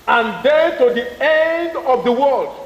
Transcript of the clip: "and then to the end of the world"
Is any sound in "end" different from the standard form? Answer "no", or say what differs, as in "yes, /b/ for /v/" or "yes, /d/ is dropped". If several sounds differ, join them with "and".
no